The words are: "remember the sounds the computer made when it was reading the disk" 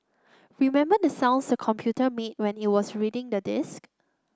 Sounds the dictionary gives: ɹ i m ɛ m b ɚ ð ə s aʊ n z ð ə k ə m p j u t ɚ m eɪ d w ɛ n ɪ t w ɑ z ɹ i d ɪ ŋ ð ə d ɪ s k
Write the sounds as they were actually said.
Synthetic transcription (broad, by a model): ɹ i m ɛ m b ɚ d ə s aʊ n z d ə k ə m p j u t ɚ m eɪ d w ɛ n ɪ t w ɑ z ɹ i d ɪ ŋ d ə d ɪ s k